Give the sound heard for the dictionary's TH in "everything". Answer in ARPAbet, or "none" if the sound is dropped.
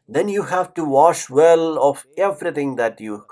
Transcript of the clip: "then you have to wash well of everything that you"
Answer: T